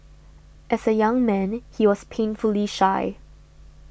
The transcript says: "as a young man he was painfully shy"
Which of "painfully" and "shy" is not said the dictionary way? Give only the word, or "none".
none